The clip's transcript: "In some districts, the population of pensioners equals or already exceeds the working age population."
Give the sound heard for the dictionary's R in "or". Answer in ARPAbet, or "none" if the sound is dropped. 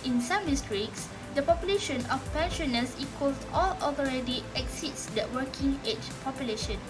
L